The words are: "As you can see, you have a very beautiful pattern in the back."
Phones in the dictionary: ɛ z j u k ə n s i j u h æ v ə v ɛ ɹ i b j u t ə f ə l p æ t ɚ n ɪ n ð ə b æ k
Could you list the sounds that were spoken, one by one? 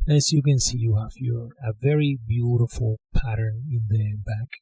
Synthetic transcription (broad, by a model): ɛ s j u k ə n s i j u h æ f ə v ɛ ɹ i b j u t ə f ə l p æ t ɚ n ɪ n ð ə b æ k